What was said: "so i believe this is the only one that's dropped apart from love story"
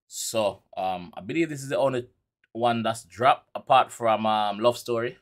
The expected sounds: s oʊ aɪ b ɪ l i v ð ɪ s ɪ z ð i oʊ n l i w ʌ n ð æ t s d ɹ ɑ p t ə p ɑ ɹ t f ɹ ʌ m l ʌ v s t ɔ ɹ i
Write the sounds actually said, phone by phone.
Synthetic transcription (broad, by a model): s oʊ aɪ b ɪ l i v ð ɪ s ɪ z ð i oʊ n l i w ʌ n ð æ t s d ɹ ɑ p ə p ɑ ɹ t f ɹ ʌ m l ʌ v s t ɔ ɹ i